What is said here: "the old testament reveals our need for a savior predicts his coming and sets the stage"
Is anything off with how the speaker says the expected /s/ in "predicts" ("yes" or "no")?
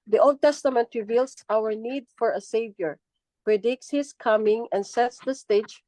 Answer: no